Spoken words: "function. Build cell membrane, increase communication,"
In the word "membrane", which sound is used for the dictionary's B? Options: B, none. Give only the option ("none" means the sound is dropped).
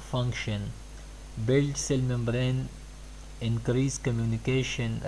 B